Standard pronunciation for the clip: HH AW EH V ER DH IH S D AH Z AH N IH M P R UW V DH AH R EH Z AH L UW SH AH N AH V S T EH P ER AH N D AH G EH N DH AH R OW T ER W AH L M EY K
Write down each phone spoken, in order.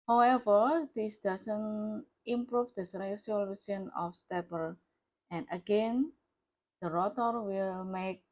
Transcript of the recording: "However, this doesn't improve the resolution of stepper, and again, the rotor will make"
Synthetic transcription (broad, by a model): HH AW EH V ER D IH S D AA S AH N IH M P R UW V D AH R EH S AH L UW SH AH N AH F S T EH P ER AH N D AH G EH N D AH R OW T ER W AH L M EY K